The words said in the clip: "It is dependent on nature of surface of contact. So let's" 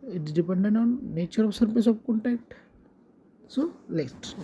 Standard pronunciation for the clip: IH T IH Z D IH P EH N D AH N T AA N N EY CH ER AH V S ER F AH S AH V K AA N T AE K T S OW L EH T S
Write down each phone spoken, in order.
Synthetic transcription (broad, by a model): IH T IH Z D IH P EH N D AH N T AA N N EY CH ER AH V S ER P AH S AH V K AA N T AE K T S OW L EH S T